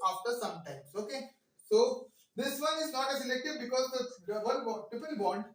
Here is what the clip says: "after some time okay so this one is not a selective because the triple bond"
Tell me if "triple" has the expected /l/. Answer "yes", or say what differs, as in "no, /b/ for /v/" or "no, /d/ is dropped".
no, /n/ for /l/